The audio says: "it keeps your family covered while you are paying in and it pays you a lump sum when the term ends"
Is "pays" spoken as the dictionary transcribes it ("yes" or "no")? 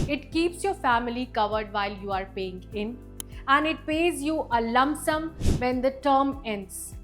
yes